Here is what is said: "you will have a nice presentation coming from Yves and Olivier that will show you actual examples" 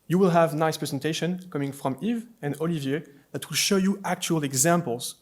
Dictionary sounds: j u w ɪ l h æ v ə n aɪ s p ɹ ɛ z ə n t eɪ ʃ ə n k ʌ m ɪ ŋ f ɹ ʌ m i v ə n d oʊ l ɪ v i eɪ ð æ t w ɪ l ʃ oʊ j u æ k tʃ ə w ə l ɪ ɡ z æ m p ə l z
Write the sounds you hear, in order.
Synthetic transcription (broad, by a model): j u w ɪ l h æ v n aɪ s p ɹ ɛ z ə n t eɪ ʃ ə n k ʌ m ɪ ŋ f ɹ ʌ m i v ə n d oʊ l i v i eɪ ð æ t w ɪ l ʃ oʊ j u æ k tʃ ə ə l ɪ ɡ z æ m p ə l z